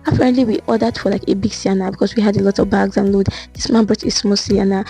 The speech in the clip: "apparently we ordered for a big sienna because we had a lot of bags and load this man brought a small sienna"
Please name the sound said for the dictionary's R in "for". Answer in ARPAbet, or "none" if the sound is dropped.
L